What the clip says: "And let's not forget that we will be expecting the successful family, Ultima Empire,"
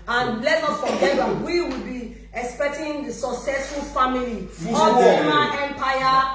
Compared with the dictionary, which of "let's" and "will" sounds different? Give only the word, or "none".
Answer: let's